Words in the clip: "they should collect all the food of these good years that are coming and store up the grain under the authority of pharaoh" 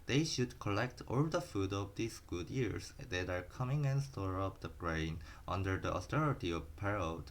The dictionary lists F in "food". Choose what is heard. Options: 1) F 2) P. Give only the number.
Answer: 1